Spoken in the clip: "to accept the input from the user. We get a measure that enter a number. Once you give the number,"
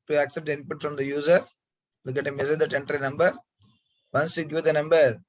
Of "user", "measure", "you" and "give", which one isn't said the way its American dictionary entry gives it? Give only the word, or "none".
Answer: measure